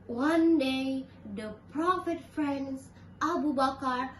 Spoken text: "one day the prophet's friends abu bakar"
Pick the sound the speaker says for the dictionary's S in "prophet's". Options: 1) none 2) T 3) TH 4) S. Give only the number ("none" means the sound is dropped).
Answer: 1